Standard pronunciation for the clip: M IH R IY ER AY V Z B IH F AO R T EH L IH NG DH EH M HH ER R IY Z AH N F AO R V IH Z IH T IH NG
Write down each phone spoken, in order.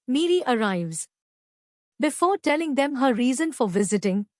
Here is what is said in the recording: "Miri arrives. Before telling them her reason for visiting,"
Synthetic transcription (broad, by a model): M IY R IY ER AY V Z B IH F AO R T EH L IH NG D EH M HH ER R IY Z AH N F AO R V IH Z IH T IH NG